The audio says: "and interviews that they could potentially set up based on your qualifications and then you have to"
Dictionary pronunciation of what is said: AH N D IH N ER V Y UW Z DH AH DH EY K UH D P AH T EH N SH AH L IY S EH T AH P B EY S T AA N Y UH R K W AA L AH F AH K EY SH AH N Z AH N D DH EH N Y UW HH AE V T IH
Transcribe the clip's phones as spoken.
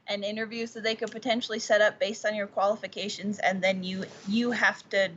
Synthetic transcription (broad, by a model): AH N IH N ER V Y UW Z DH AH DH EY K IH D P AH T EH N SH L IY S EH T AH P B EY S T N Y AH R K W AA L AH F AH K EY SH AH N Z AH N DH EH N Y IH HH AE F T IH